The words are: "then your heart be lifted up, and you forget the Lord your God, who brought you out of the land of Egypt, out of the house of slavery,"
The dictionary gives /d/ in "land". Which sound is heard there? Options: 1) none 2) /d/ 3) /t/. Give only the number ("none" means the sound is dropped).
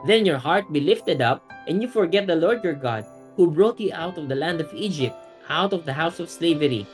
2